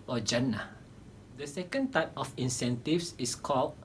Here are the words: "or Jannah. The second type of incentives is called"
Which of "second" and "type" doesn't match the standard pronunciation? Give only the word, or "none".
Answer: none